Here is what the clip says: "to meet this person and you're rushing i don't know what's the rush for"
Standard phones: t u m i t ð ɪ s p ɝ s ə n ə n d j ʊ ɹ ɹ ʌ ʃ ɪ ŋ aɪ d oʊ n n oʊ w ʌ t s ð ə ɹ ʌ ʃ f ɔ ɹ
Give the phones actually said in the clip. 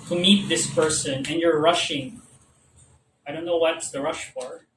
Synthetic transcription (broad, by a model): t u m i t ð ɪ s p ɝ s ə n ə n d j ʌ ɹ ɹ ʌ ʃ ɪ ŋ aɪ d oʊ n n oʊ w ʌ t s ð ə ɹ ʌ ʃ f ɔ ɹ